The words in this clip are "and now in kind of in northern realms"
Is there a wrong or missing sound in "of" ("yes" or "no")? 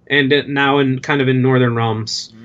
no